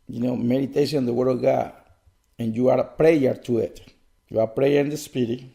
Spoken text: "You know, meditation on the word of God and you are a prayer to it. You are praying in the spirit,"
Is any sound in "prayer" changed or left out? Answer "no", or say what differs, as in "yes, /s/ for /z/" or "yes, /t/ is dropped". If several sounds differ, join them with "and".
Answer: no